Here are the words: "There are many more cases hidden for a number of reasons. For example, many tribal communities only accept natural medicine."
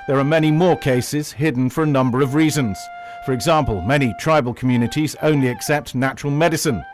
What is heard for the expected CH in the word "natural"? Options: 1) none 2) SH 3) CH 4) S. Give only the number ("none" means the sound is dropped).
3